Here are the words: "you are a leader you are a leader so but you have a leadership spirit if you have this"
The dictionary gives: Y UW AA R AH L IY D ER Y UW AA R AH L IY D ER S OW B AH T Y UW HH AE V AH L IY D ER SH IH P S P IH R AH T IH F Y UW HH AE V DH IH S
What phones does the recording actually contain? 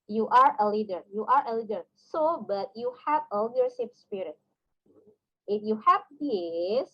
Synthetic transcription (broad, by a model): Y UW AA R AH L IY D ER Y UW AA R AH L IY D ER S OW B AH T Y UW HH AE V AH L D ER S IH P S P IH R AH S IH F Y UW HH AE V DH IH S